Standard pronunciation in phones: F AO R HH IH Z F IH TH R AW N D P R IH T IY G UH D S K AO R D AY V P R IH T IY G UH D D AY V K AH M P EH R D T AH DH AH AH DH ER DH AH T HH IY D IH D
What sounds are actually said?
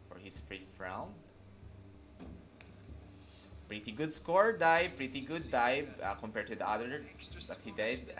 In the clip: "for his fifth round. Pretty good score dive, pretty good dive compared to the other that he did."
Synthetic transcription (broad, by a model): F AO R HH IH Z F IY F R AW N D P R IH T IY G UH D S K AO R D AY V P R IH T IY G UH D D AY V K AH M P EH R T AH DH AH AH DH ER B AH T HH IY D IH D